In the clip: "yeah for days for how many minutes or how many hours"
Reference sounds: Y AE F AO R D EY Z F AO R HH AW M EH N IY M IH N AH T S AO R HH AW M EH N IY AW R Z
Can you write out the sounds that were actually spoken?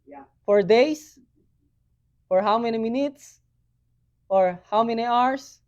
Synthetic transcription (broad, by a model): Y F AO R D EY S F AO R HH AW M EH N IY M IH N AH T S AO R HH AW M EH N IY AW R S